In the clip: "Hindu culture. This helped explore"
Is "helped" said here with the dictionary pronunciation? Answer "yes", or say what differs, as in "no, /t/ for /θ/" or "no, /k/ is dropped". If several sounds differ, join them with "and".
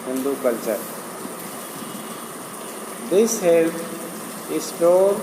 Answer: no, /p/ is dropped